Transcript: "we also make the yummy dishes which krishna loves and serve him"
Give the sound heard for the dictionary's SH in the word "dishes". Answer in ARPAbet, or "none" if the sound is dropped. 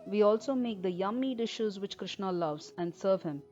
SH